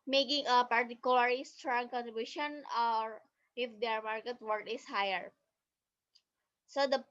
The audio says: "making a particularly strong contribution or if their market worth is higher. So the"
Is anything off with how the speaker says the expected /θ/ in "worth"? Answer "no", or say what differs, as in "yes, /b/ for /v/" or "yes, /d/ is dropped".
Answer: yes, /t/ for /θ/